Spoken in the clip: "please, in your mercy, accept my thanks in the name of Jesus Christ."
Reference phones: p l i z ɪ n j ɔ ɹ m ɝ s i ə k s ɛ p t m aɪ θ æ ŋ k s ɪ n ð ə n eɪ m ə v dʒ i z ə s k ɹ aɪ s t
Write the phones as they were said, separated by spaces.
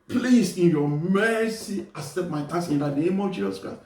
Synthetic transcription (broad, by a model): p l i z ɪ n j ɔ m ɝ s i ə s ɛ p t m aɪ t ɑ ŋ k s ɪ n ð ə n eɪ m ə dʒ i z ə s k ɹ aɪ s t